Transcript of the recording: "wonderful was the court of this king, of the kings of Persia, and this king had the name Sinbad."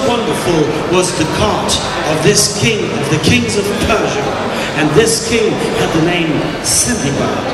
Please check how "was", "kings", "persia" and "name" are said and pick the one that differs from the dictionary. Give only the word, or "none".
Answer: none